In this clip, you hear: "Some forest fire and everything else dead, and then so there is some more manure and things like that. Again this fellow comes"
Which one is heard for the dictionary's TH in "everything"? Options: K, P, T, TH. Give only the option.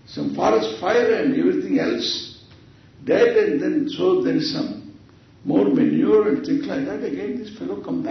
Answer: T